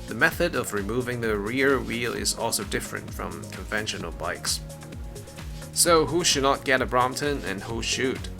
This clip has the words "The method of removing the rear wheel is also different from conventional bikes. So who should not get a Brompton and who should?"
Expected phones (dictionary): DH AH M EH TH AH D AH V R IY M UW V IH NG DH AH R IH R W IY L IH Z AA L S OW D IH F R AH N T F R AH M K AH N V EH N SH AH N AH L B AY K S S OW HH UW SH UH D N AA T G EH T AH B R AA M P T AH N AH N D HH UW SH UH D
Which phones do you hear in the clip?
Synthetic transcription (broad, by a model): DH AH M EH TH AH D AH V R IY M UW V IH NG DH AH R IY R W IY L IH Z AA L S OW D IH F R AH N T F R AH M K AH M V EH N SH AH N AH L B AY K S S OW HH UW SH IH D N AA T G EH T AH B R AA M T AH N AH N HH UW SH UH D